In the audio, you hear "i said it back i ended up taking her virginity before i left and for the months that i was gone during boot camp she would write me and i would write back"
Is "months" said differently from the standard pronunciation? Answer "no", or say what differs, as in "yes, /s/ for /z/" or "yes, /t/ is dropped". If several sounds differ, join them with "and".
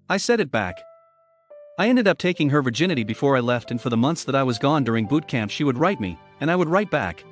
no